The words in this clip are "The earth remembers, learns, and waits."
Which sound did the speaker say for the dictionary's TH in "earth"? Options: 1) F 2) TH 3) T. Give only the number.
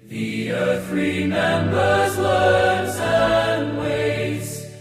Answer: 2